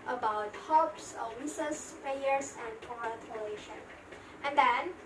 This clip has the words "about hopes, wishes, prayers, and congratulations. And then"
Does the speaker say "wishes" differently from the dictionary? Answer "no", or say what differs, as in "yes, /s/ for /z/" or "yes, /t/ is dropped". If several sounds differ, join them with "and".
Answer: yes, /s/ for /ʃ/ and /s/ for /z/